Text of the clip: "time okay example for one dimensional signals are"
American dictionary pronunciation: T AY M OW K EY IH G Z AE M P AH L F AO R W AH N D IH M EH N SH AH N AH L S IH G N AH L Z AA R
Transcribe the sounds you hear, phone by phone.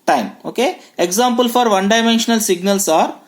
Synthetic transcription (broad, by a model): T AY M OW K EY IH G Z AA M P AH L F AO R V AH N D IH M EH N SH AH N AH L S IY G N AH L S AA R